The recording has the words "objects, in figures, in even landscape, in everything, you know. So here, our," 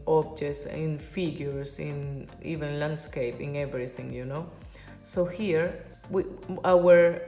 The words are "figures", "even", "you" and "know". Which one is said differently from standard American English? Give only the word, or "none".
figures